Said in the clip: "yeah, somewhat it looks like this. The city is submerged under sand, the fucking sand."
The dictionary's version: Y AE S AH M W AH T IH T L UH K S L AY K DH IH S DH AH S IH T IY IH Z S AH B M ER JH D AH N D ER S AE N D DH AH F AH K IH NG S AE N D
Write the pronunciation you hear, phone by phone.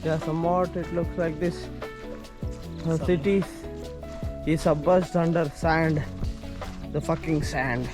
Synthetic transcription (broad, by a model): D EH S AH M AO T IH T L UH K S L AY K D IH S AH S IH T IY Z S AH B ER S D AH N D ER S AE N D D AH F AH K IH NG S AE N D